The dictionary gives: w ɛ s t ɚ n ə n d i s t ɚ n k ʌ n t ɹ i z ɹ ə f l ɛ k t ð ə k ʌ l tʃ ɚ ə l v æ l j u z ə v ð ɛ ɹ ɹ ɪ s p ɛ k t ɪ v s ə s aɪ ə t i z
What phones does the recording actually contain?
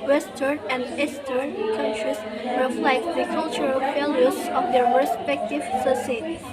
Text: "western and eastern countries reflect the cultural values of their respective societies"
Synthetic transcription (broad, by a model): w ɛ s t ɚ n ə n d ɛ s t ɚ n k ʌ n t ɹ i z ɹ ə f l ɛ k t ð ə k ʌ l tʃ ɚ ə l f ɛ l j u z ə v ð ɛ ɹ ɹ ɪ s p ɛ k t ɪ v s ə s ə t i